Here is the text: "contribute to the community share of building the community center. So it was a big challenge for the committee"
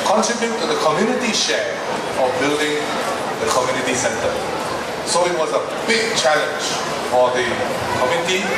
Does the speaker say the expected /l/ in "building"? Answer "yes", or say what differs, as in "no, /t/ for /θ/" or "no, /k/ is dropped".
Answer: yes